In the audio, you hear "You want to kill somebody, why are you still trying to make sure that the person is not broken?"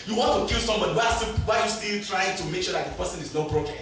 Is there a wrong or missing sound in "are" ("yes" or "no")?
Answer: yes